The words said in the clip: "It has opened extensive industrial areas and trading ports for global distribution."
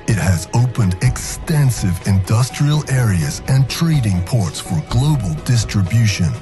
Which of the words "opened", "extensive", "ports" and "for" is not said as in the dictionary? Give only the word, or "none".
none